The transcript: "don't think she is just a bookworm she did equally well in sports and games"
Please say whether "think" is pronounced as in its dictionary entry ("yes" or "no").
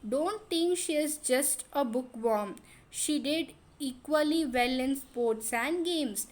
no